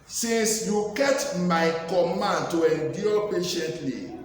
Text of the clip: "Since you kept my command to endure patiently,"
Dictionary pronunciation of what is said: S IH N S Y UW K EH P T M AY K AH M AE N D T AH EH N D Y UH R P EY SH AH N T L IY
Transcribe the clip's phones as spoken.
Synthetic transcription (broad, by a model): S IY N S Y UW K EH T M AY K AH M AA N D T AH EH N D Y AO P EY SH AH N T L IY